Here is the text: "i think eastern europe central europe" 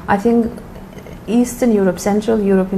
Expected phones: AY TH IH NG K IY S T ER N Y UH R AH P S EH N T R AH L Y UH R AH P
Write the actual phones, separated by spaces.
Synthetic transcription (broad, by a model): AY TH IH NG K IY S T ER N Y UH R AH P S EH N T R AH L Y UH R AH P